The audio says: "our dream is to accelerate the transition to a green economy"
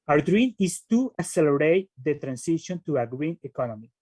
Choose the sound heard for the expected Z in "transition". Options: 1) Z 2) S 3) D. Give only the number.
2